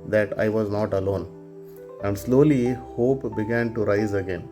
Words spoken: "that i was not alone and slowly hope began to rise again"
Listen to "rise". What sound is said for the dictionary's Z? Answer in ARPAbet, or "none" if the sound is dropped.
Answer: Z